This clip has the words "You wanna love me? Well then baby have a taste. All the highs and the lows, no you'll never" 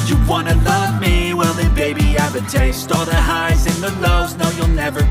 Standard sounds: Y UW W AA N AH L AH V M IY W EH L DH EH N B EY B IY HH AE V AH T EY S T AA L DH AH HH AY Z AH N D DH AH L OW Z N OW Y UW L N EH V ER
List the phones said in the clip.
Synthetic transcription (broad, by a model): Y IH W AA N AH L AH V M IY W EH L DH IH B EY B IY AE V AH T EY S T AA DH AH HH AY Z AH N DH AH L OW Z N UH Y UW L N EH V ER